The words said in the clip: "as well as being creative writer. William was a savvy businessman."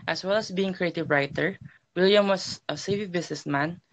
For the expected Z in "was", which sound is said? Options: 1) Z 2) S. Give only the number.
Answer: 2